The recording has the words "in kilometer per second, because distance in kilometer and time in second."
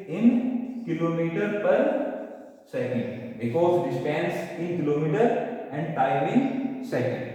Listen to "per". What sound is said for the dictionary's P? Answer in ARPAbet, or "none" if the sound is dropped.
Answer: P